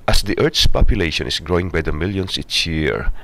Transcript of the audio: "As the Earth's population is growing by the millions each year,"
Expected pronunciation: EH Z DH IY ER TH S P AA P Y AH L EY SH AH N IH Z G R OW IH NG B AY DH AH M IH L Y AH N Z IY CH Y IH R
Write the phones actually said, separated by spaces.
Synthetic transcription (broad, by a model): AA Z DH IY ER T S P AA P Y AH L EY SH AH N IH S G R OW IH NG B AY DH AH M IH L Y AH N S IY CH Y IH R